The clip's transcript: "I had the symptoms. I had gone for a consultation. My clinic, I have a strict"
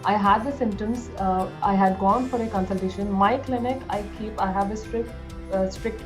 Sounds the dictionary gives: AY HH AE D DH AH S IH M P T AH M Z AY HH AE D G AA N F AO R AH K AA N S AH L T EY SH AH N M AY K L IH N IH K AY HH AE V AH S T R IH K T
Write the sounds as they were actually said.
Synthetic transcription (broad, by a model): AY HH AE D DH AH S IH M T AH M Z AY HH AE D G AA N F AO R AH K AA N S AH L T EY SH AH N M AY K L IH N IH K AY HH AE V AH S T R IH K T